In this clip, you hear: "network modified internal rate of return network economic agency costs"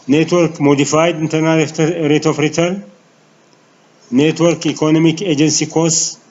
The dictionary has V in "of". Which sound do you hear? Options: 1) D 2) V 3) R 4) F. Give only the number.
4